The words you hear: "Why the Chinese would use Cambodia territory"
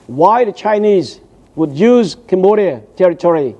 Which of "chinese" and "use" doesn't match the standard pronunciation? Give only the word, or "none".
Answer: none